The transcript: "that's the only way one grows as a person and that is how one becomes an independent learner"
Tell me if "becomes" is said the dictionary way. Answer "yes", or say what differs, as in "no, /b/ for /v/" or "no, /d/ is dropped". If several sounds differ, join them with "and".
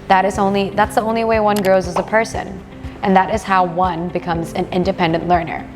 yes